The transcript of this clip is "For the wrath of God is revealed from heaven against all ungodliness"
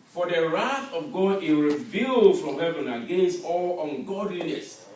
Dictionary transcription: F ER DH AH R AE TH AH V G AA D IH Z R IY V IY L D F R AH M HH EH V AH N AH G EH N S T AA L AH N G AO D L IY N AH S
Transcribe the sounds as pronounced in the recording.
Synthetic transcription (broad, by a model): F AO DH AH R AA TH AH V G AA D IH R IY V IY L D F R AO M HH EH V AH N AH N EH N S AA L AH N G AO D L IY N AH S